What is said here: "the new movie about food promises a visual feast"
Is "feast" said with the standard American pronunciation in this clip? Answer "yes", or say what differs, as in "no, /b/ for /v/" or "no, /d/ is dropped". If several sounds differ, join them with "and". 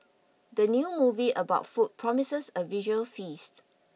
yes